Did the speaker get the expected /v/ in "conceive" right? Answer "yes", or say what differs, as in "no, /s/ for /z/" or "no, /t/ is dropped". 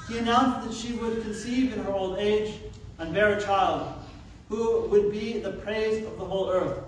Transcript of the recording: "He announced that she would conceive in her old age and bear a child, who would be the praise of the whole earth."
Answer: yes